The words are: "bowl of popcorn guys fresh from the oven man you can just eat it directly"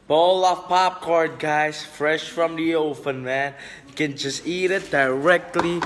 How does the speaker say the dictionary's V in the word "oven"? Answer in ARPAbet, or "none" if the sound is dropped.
P